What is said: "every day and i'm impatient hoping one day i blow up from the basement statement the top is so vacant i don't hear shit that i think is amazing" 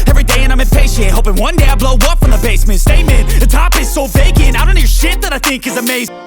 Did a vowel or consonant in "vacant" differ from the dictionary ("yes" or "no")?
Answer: yes